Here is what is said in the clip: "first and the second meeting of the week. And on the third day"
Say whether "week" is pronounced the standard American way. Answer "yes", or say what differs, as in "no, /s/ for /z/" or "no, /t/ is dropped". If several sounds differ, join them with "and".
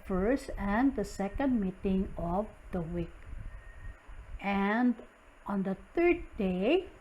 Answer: yes